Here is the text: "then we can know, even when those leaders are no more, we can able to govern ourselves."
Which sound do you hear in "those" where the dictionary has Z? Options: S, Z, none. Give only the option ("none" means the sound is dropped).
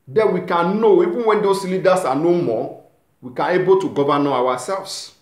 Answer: S